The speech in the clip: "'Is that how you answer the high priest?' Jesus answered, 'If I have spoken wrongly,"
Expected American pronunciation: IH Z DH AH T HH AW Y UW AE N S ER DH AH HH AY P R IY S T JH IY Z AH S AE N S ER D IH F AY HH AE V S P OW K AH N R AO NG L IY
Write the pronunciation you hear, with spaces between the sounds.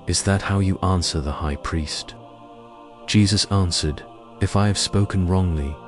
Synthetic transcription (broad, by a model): IH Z DH AH T HH AW Y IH AE N S ER DH AH HH AY P R IY S T JH IY Z AH S AE N S ER D IH F AY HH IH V S P OW K AH N R AO NG L IY